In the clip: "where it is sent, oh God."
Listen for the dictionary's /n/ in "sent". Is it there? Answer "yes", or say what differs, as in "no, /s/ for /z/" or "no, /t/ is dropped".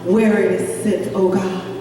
no, /n/ is dropped